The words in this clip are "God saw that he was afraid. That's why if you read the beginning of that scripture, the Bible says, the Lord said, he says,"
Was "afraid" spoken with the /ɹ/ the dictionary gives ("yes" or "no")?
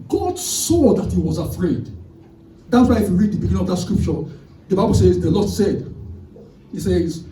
yes